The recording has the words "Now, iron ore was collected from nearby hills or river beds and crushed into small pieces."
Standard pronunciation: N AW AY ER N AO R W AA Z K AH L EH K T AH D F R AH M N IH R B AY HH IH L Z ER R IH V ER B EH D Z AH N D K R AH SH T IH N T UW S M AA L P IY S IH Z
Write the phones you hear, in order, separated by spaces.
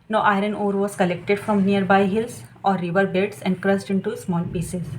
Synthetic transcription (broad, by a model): N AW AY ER N AO R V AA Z K AH L EH K T AH D F R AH M N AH R B AY HH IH L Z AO R IH V ER B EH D S AH N D K R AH S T IH N T UW S M AA L P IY S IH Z